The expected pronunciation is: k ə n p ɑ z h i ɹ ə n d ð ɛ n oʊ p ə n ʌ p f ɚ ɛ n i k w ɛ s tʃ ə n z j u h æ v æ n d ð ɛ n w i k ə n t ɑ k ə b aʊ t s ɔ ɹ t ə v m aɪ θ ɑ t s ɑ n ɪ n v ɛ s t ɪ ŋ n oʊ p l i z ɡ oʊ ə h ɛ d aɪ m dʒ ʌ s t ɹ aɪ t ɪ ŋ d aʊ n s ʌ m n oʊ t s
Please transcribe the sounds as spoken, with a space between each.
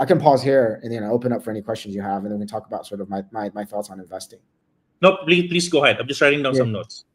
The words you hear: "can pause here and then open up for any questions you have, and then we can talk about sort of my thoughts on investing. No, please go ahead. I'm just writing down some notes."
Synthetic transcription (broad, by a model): k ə n p ɑ z h i ɹ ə n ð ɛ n oʊ p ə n ʌ p f ɚ ɛ n i k w ɛ s tʃ ə n z j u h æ v n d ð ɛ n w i k ə n t ɑ k ə b aʊ t s ɔ ɹ t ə v m aɪ θ ɑ t s n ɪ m v ɛ s t ɪ ŋ n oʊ p l i s ɡ oʊ ə h ɛ d aɪ m dʒ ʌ s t ɹ aɪ t ɪ ŋ d aʊ n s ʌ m n oʊ t s